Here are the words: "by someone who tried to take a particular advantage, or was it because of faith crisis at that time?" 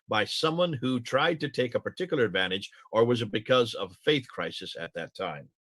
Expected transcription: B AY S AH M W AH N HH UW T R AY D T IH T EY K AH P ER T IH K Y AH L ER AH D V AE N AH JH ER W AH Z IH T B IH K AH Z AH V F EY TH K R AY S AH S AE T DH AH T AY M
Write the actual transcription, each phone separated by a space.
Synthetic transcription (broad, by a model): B AY S AH M W AH N HH UW T R AY D T IH T EY K AH P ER T IH K Y L ER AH D V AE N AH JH ER W AH Z IH T B IH K AH Z AH V F EY TH K R AY S AH S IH T DH AH T AY M